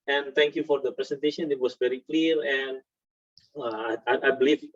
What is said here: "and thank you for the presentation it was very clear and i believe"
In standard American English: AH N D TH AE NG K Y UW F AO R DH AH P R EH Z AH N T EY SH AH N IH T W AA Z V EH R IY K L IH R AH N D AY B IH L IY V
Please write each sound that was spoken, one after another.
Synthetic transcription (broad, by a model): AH N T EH NG K Y UW F AO R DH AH P R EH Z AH N T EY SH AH N IH T W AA S V EH R IY K L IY R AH N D AY B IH L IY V